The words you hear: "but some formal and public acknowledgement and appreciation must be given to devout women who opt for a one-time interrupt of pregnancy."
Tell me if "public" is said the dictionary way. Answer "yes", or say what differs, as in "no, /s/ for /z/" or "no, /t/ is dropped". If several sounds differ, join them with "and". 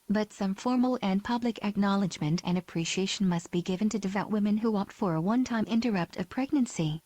yes